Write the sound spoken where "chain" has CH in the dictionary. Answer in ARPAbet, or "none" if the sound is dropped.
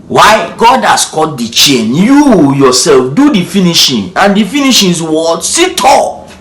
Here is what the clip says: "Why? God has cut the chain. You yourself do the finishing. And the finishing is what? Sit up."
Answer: CH